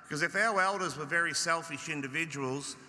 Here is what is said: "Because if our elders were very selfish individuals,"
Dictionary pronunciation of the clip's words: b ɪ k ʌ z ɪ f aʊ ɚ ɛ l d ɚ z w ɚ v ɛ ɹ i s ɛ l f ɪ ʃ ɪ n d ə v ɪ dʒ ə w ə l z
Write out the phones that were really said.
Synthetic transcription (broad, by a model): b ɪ k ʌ z ɪ f aʊ ɚ ɛ l d ɚ z w ɚ v ɛ ɹ i s ɛ l f ɪ ʃ ɪ n d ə v ɪ dʒ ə w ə l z